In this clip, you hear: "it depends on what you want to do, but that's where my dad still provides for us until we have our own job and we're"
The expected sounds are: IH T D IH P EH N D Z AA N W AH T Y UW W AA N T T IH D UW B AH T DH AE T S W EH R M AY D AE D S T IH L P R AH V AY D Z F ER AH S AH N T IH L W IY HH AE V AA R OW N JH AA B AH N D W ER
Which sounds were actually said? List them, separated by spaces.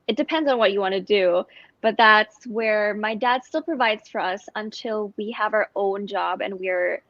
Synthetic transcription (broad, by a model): IH T D IH P EH N D Z N W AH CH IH W AA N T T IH D UW B AH T DH AE T S W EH R M AY D AE D S T IH L P R AH V AY D Z F ER AH S AH N T IH L W IY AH V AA R OW N JH AA B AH N W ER